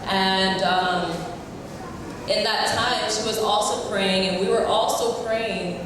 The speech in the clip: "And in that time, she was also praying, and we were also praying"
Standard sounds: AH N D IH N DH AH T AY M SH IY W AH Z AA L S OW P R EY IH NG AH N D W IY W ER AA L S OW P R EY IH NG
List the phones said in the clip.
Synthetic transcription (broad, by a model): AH N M IH N DH AH T AY M SH IY W AH Z AA L S OW P R EY IH NG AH N W IY W ER AA L S OW P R EY IH NG